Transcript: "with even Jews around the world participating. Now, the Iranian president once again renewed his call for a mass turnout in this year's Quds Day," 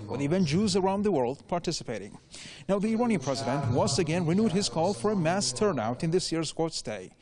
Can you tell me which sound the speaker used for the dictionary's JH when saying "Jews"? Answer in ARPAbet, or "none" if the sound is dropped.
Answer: JH